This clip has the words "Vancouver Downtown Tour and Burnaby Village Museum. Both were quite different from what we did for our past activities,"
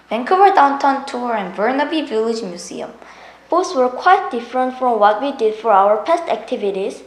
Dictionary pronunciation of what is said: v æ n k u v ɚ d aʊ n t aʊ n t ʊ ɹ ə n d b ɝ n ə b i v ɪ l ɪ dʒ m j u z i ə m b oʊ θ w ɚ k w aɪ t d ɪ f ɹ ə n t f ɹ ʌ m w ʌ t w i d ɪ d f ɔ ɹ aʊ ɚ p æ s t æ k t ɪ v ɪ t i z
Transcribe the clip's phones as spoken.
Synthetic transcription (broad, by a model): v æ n k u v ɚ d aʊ n t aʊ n t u ɹ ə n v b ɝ n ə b i v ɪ l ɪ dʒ m j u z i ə m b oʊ s w ɚ k w aɪ t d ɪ f ɹ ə n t f ɹ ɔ m w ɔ t w i d ɪ d f ɔ ɹ aʊ ɚ p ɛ s t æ k t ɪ v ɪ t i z